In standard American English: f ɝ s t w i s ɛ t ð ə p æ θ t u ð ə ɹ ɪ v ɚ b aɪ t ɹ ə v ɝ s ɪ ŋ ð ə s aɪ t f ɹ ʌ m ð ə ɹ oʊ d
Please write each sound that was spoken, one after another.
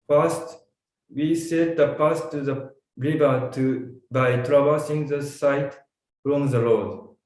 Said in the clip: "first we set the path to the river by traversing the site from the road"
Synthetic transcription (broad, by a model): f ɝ s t w i s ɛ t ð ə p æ s t u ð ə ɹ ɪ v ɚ b aɪ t ɹ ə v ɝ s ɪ ŋ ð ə s aɪ t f ɹ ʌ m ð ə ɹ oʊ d